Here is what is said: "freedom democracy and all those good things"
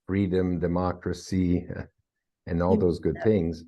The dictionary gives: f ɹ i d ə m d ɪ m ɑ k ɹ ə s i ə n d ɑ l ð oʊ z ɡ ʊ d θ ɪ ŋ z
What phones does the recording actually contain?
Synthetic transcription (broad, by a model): f ɹ i d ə m d ɪ m ɑ k ɹ ə s i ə n ɑ l ð oʊ z ɡ ʊ d θ ɪ ŋ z